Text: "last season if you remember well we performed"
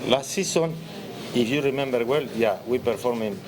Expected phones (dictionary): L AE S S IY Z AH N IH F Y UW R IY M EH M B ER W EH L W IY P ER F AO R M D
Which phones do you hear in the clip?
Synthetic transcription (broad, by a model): L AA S S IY S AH N IH F Y UW R IY M EH M B ER W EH L W IY P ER F AO R M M